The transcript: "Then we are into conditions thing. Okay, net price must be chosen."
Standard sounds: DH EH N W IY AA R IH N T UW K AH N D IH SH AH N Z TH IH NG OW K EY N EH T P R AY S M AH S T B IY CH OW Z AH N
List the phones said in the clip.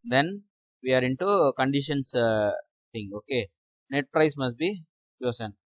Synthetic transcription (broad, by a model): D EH N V IY AA R IH N T UW K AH N D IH SH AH N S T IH NG OW K EY N EH T P R AY S M AH S T B IY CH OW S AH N